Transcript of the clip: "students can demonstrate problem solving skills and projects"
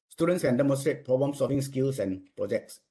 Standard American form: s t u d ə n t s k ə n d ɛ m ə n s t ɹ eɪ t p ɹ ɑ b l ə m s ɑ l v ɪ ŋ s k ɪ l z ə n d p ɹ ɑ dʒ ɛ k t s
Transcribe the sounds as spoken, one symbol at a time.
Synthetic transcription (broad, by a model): s t u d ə n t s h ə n d ɛ m ə n s t ɹ eɪ t p ɹ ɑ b ə m s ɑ v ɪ ŋ s k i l s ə n p ɹ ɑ dʒ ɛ k t s